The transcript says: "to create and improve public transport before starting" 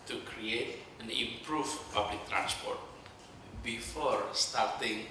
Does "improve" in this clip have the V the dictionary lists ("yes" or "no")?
no